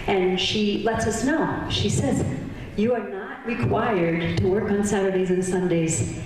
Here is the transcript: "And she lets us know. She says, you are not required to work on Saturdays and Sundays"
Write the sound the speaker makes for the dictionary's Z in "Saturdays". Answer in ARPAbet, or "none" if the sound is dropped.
Z